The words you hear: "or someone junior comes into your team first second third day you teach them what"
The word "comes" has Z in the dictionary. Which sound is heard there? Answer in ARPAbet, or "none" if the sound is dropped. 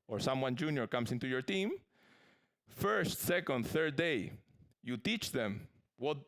S